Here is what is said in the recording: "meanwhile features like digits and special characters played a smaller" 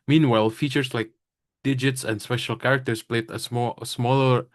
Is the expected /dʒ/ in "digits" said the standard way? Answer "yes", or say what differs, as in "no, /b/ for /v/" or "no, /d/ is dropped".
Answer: yes